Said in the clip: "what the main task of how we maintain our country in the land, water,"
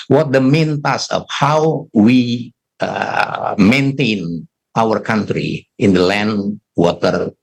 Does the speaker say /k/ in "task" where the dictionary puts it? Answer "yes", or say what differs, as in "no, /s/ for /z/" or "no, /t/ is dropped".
no, /k/ is dropped